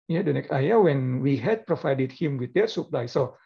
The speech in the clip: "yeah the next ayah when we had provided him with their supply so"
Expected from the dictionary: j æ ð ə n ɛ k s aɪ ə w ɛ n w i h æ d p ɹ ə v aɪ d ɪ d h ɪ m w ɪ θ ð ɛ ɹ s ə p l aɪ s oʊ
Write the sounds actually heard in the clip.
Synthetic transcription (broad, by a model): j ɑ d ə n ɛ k aɪ ə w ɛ n w i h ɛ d p ɹ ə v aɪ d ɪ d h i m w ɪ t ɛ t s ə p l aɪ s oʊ